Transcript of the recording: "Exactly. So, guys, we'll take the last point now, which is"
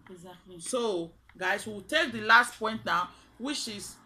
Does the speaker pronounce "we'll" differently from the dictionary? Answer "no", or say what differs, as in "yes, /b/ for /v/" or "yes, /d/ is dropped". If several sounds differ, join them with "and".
yes, /w/ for /l/